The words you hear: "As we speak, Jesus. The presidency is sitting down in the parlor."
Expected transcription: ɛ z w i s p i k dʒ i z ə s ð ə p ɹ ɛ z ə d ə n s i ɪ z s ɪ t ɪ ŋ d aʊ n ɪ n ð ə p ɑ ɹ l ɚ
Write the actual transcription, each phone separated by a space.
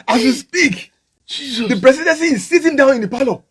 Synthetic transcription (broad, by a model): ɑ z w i s p i k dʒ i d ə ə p ɹ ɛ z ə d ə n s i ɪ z s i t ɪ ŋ d aʊ n ɪ n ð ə p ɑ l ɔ